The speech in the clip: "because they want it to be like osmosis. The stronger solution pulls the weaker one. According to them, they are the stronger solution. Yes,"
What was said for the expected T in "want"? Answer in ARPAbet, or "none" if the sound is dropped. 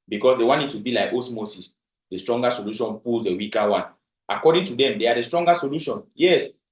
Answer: none